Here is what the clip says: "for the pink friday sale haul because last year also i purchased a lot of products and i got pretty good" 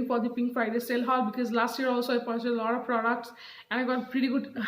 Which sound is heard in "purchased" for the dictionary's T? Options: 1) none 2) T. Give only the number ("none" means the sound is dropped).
1